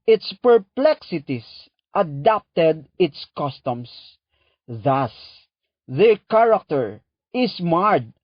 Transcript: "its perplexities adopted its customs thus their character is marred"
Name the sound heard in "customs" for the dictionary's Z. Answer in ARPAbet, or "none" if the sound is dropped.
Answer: S